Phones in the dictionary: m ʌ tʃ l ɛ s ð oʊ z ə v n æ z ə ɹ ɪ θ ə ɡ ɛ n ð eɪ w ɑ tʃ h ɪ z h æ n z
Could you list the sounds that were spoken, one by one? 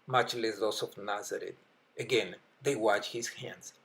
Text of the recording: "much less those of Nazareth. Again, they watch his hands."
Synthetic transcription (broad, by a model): m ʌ tʃ l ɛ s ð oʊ s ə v n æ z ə ɹ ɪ t ə ɡ ɛ n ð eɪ w ɑ tʃ h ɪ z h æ n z